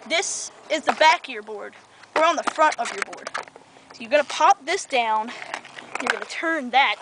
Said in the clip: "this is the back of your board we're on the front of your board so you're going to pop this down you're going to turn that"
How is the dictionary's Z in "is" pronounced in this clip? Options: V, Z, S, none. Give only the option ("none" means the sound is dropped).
Z